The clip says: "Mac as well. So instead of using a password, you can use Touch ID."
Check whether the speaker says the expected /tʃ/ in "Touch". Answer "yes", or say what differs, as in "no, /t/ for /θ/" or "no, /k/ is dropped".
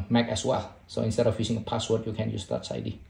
no, /s/ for /tʃ/